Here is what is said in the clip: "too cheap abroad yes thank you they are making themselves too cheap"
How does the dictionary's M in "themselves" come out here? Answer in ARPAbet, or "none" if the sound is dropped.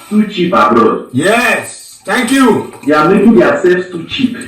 none